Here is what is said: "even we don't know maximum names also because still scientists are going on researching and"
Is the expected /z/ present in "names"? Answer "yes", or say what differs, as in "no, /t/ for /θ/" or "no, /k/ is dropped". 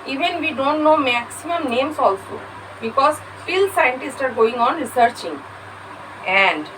no, /s/ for /z/